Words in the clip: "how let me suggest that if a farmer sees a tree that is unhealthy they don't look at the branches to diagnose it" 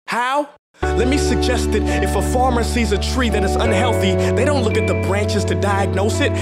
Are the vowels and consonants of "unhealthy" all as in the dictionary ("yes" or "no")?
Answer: yes